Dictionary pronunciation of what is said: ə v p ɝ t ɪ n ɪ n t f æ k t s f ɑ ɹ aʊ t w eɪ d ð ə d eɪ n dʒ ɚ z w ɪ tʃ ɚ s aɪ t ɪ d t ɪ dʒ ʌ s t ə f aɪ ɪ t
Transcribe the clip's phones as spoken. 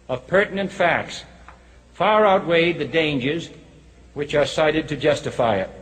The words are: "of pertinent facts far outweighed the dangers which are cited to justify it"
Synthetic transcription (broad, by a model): ə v p ɝ t n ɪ n t f æ k t s f ɑ ɹ aʊ t w eɪ d ð ə d eɪ n dʒ ɚ z w ɪ tʃ ɚ s aɪ t ɪ d t ɪ dʒ ʌ s t ə f aɪ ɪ t